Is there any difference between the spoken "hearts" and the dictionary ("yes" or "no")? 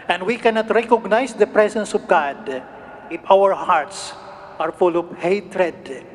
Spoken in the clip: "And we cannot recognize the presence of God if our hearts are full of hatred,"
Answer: no